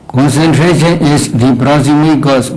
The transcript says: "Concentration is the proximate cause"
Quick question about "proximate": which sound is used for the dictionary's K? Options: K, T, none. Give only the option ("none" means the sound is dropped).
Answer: none